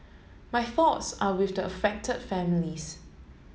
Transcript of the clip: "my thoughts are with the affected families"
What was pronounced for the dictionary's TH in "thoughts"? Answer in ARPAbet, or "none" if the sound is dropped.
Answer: TH